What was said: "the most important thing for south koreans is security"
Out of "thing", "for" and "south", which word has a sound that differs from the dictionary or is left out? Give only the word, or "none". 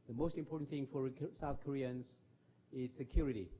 none